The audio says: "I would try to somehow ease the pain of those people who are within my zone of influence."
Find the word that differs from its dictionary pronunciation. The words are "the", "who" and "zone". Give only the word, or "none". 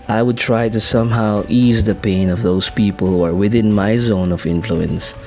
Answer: none